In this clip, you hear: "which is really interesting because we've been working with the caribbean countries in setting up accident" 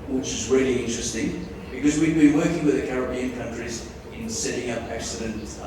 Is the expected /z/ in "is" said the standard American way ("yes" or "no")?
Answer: yes